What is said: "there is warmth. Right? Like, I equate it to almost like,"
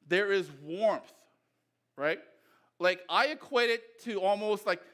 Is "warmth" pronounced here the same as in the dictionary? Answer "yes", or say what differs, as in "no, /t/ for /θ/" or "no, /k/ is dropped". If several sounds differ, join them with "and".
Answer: yes